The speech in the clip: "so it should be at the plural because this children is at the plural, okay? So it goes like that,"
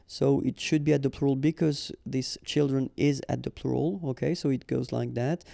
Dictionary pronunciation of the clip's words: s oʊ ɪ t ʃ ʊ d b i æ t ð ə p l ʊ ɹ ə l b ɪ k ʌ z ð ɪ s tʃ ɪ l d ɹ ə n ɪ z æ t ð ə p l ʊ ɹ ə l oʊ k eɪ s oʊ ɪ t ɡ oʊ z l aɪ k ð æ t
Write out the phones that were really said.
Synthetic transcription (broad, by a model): s oʊ ɪ t ʃ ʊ d b i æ t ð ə p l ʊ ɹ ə l b ɪ k ʌ z ð ɪ s tʃ ɪ l d ɹ ə n ɪ z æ t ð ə p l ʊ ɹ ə l oʊ k eɪ s oʊ ɪ t ɡ oʊ z l aɪ k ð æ t